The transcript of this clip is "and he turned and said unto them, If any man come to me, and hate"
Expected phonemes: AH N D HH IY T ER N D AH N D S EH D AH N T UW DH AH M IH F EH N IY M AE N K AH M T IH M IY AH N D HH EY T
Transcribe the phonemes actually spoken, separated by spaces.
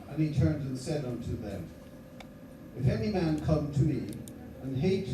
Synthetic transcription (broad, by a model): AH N IY T ER N D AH N S EH D AH N T UW DH AH M IH F EH N IY M AE N K AH M T IH M IY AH N HH EY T